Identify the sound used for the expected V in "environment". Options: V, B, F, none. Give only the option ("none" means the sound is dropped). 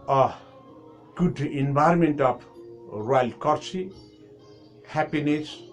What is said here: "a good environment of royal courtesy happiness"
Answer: B